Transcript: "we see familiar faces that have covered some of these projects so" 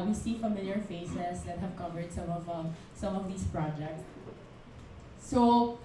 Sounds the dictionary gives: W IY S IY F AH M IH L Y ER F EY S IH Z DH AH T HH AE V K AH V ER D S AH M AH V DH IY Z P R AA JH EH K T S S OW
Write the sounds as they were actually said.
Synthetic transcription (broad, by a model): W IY S IY F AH M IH L Y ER F EY S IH S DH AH T HH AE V K AH V ER D S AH M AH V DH IY S P R AA JH EH K T S S OW